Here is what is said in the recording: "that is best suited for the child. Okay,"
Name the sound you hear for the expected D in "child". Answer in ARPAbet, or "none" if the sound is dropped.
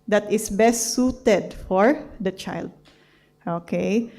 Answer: D